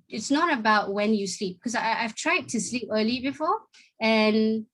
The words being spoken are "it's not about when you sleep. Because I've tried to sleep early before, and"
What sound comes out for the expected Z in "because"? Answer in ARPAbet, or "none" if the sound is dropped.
none